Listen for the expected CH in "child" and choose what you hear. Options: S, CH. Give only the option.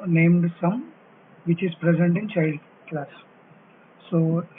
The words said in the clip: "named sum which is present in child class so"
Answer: CH